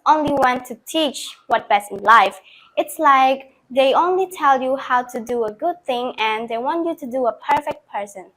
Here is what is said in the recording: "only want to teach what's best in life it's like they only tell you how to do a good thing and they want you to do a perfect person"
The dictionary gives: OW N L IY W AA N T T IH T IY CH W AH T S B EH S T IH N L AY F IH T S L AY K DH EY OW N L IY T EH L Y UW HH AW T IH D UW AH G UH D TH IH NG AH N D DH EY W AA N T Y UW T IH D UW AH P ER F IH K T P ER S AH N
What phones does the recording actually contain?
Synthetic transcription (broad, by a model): OW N L IY W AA N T T IH T IY CH W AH T B EH S T IH N L AY F IH T S L AY K DH EY OW N L IY T EH L Y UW HH AW T IH D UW AH G UH D TH IH NG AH N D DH EY W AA N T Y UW T IH D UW AH P ER F IH K T P ER S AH N